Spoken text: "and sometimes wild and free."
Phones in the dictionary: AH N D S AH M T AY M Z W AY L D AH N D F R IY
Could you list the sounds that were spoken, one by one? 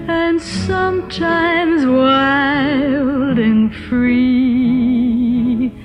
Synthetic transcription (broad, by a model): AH N S AH M T AY M Z W AY L D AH N F R IY